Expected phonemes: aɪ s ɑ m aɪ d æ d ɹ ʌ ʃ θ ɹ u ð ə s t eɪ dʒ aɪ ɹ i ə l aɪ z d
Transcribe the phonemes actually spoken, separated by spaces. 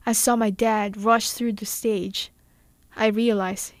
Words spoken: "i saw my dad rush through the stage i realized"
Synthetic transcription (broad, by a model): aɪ s ɑ m aɪ d æ d ɹ ʌ ʃ θ ɹ u ð ə s t eɪ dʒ aɪ ɹ i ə l aɪ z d